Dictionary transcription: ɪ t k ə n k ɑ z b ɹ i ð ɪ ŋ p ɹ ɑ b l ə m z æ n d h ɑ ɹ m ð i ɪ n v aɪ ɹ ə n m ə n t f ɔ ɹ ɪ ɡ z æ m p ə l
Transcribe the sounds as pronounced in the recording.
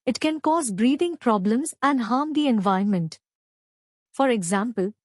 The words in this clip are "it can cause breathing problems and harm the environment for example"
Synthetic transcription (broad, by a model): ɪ t k ə n k ɑ z b ɹ i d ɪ ŋ p ɹ ɑ b l ə m z æ n d h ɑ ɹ m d i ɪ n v aɪ ə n m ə n t f ɔ ɹ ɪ ɡ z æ m p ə l